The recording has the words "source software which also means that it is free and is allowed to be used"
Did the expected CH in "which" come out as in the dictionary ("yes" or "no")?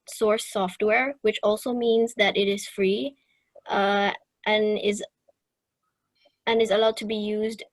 yes